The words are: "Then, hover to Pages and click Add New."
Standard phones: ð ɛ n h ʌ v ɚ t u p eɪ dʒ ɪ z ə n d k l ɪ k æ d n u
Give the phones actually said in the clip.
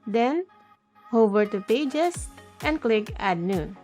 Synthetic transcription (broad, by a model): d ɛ n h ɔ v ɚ t u p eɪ dʒ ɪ s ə n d k l ɪ k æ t n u